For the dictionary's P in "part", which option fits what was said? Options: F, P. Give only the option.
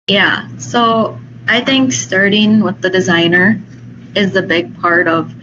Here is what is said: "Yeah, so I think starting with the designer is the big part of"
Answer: P